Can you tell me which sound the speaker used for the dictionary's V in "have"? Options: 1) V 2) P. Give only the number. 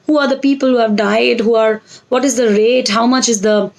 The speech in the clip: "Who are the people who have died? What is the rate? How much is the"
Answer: 1